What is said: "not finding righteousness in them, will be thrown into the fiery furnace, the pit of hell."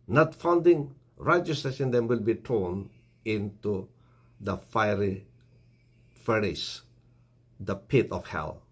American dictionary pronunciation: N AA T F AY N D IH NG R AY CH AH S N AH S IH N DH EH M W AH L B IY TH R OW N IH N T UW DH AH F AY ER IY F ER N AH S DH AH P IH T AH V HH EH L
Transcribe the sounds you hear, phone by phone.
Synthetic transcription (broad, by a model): N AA T F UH N D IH NG R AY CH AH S AH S IH N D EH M W AH L B IY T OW N IH N T UW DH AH F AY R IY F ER AH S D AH P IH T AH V HH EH L